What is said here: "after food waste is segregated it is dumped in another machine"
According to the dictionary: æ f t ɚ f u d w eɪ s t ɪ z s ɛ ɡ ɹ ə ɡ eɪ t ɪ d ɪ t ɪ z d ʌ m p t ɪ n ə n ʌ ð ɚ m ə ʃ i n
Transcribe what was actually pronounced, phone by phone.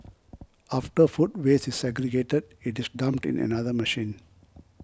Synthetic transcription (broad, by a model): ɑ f t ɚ f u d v eɪ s ɪ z s ɛ ɡ ɹ ə ɡ eɪ t ɪ d ɪ t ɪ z d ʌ m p t ɪ n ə n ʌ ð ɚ m ə ʃ i n